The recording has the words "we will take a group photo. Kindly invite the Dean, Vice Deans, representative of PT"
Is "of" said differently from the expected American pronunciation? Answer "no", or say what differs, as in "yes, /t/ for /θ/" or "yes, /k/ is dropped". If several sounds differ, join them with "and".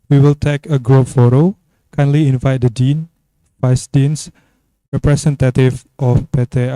yes, /p/ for /v/